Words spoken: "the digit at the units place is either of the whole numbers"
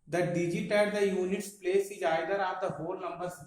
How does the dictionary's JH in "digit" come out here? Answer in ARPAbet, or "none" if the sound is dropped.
JH